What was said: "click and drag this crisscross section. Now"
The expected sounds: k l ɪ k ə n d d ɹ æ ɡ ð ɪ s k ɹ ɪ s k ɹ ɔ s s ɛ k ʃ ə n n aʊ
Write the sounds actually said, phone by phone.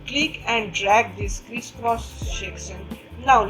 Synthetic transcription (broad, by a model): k l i k ə n d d ɹ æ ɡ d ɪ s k ɹ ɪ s k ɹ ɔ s ʃ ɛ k s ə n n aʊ